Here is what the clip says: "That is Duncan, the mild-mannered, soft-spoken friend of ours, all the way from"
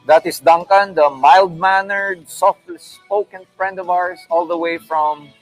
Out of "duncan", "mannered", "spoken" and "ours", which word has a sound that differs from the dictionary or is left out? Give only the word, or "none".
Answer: ours